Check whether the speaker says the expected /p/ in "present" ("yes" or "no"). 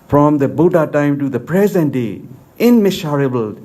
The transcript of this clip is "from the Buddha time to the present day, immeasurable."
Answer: yes